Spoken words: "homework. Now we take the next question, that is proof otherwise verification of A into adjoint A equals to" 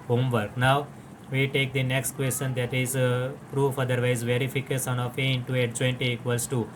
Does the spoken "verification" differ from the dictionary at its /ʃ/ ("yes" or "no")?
yes